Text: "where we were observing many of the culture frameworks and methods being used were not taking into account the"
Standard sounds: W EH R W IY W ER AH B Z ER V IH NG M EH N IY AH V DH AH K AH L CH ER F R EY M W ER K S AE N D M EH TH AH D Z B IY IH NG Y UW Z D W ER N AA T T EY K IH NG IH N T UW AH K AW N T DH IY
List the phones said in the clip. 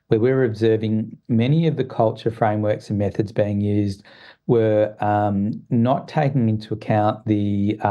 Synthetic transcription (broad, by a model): W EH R W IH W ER AH B Z ER V IH NG M EH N IY AH V DH AH K AH L CH ER F R EY M W ER K S N M EH TH AH D Z B IY IH NG Y UW Z D W ER N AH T T EY K IH NG IH N T UW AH K AW N DH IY